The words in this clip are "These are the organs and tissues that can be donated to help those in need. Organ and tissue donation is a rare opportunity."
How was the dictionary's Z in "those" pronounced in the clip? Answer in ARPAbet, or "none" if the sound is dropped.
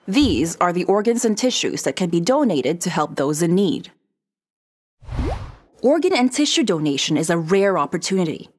Z